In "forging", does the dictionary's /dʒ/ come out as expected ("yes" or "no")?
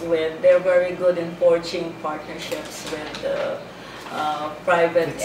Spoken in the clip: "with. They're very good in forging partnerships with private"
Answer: no